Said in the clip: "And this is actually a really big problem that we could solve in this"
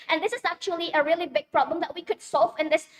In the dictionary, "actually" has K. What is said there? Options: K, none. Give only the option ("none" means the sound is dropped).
K